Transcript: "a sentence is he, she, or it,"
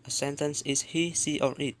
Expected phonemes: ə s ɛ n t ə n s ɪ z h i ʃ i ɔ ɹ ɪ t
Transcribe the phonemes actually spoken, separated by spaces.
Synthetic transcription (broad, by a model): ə s ɛ n t ə n s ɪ s h i s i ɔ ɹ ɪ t